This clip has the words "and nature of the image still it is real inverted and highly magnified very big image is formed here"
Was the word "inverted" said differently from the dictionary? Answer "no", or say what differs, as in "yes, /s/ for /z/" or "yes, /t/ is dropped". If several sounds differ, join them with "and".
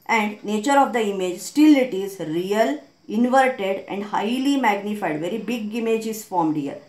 no